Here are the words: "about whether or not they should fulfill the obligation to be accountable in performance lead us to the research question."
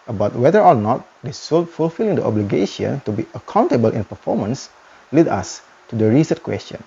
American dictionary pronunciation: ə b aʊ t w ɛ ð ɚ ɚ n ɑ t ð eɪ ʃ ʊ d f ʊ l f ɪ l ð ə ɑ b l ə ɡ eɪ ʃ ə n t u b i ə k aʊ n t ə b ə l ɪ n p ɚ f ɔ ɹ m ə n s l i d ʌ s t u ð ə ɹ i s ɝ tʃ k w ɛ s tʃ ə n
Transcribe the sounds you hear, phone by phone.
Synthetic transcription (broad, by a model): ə b aʊ t w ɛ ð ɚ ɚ n ɑ t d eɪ s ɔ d f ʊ l f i l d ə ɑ b l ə ɡ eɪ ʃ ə n t u b i ə k aʊ n t ə b ə l ɪ n p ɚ f ɔ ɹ m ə n s l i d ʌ s t u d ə ɹ i s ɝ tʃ k w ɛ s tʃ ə n